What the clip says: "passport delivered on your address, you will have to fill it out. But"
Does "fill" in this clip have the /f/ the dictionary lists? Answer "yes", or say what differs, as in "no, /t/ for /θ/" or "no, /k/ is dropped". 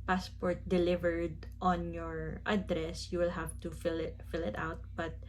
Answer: yes